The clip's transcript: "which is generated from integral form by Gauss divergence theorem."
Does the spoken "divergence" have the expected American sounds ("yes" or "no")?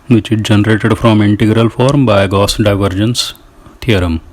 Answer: yes